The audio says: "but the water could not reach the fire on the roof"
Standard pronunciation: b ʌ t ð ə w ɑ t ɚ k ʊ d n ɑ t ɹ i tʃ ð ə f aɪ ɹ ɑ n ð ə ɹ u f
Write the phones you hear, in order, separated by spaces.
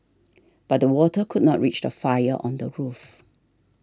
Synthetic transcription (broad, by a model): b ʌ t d ə w ɑ t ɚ k ʊ d n ɑ t ɹ i tʃ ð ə f aɪ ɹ ɑ n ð ə ɹ u f